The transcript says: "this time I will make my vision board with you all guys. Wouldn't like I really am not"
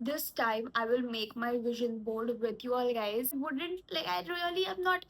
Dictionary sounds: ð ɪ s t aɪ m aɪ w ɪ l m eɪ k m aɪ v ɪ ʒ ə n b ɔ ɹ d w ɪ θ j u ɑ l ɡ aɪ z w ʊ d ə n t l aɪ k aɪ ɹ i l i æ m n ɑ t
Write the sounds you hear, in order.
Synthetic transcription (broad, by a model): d ɪ s t aɪ m aɪ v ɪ l m eɪ k m aɪ v ɪ ʒ ə n b ɔ l d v ɪ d j u ɑ l ɡ aɪ z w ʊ d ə n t l aɪ k aɪ ɹ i l i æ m n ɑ t